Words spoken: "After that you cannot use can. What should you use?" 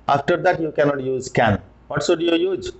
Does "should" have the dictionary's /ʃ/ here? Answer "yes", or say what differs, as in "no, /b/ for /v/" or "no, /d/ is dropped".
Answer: no, /s/ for /ʃ/